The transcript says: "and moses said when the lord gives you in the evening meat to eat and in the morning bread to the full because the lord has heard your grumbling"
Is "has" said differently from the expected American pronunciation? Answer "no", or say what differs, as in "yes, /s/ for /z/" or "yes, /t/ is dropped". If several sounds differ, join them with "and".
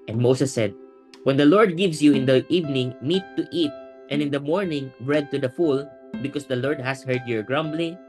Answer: yes, /s/ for /z/